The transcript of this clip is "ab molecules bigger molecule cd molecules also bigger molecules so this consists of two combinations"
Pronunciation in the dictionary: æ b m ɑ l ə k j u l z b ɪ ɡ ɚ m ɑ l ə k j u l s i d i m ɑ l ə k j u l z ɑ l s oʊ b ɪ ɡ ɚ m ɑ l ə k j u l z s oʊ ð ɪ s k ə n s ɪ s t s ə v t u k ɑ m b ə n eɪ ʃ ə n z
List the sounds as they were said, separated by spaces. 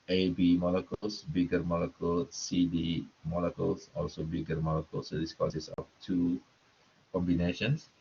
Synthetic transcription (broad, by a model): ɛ b m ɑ l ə k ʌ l s b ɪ ɡ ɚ m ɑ l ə k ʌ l s i d i m ɑ l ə k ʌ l s ɑ l s oʊ b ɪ ɡ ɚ m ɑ l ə k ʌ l s oʊ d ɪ s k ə s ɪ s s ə f t u k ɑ m b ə n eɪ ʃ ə n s